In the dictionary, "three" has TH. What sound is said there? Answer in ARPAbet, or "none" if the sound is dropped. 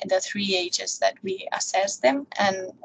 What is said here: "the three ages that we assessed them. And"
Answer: TH